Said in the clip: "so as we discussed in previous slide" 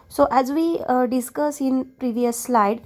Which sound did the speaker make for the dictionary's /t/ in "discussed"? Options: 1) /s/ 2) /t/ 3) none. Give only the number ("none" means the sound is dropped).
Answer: 3